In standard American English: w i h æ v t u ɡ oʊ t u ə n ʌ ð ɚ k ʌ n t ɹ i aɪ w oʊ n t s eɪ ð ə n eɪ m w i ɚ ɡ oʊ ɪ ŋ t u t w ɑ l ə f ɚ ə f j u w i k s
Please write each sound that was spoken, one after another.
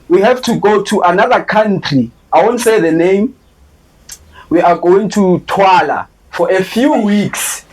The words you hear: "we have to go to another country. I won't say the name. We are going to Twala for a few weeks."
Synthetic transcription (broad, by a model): w i h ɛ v t u ɡ oʊ t u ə n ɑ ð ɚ k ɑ n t ɹ i aɪ w oʊ n t s eɪ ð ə n eɪ m w i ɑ ɡ oʊ ɪ ŋ t u t w ɑ l ə f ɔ ə f j u w i k s